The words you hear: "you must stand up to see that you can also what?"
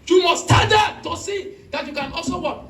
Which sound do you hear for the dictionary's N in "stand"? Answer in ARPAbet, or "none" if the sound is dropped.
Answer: none